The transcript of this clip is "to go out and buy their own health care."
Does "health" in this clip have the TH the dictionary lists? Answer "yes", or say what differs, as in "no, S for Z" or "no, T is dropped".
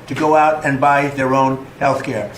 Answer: yes